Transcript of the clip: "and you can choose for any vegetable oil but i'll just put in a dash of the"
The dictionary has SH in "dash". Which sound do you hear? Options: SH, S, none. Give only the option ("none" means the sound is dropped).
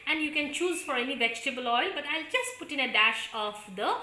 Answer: SH